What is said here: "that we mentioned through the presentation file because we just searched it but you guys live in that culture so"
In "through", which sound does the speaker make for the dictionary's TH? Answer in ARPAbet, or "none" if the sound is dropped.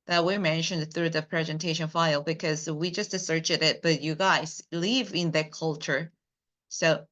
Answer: TH